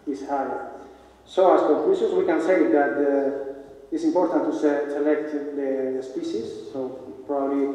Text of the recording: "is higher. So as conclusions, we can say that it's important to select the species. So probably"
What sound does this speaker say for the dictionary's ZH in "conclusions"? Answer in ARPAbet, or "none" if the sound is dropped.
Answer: S